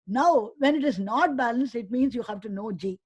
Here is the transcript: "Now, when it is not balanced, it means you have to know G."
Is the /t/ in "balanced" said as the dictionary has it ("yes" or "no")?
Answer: no